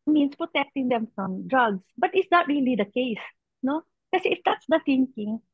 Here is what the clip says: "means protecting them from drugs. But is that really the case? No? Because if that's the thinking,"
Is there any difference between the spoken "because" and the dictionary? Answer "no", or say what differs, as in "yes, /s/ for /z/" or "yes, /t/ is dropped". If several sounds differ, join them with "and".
yes, /z/ is dropped